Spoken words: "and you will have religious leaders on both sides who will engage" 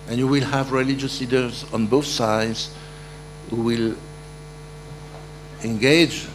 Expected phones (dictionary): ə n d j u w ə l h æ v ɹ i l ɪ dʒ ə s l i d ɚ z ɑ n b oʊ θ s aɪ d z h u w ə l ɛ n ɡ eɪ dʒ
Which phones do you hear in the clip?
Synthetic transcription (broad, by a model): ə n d j u w ə l h æ v ɹ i l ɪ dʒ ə s l i d ɚ z ɑ n b oʊ θ s aɪ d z h u w ə l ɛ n ɡ eɪ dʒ